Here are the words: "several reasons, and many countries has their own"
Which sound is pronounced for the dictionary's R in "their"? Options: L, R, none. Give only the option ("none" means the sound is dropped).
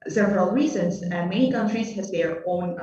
R